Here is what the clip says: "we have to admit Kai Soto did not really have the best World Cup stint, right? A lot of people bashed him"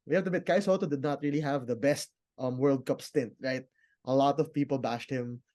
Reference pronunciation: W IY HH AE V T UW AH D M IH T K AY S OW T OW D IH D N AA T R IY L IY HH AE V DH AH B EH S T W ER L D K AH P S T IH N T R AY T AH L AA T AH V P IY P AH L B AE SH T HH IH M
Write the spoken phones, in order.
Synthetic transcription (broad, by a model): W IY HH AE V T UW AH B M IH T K AY S OW T OW D IH D N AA T R IY L IY HH AE V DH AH B EH S T W ER L D K AH P S T IH N T R AY T AH L AA T AH V P IY P AH L B AE SH T HH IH M